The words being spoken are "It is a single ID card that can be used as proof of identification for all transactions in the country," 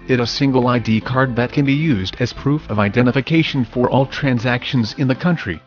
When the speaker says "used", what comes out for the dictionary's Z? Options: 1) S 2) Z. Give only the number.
2